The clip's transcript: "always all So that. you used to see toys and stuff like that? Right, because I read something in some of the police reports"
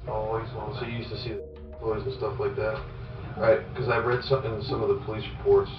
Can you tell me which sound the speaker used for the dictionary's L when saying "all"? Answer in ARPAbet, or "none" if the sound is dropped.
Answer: N